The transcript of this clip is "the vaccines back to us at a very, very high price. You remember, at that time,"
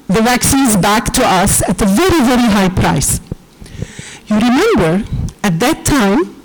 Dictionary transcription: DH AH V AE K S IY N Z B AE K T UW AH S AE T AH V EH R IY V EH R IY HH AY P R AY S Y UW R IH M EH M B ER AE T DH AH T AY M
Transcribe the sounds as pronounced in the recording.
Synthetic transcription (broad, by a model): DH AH V AE K S IY N Z B AE K T UW AH S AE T AH V EH R IY V EH R IY HH AY P R AY S Y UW R IH M EH M B ER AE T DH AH T AY M